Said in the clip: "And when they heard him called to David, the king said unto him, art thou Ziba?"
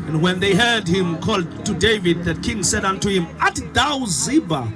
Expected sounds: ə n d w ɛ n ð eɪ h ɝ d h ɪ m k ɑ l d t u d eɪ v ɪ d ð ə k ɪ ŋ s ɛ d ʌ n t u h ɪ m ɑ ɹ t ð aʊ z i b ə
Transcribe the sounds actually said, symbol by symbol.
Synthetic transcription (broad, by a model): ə n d w ɛ n ð eɪ h ɝ d h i m k ɑ l d t u d eɪ v ɪ d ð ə k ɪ ŋ s ɛ d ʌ n t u h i m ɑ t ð aʊ z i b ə